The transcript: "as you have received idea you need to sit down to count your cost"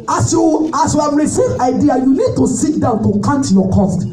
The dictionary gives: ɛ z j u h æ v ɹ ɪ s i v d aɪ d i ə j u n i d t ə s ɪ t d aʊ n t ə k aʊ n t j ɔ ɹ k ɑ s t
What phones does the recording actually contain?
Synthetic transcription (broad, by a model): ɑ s j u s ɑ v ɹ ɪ s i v aɪ d i ə j u n i d t ə s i t d aʊ n t ə k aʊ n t j ɔ k ɑ s t